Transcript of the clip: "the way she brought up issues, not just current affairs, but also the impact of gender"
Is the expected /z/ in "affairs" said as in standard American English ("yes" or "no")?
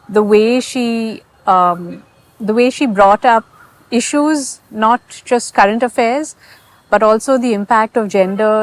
yes